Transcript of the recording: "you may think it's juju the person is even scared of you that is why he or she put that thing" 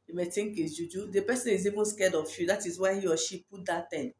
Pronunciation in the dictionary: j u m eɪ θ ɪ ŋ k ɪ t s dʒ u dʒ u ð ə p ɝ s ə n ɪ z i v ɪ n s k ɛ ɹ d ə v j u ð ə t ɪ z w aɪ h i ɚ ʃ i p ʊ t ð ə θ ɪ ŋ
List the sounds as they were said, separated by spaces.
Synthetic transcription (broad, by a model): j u m eɪ t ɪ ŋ k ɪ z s dʒ u dʒ u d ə p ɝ s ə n ɪ z i v ɪ n s k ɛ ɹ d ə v j u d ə t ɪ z w aɪ h i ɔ ʃ i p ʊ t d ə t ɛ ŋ